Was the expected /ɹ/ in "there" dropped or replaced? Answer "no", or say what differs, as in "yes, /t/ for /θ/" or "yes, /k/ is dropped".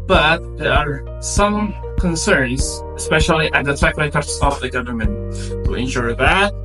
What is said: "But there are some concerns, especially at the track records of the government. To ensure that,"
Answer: no